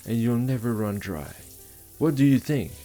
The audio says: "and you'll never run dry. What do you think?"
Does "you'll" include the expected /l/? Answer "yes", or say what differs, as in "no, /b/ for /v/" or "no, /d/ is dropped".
yes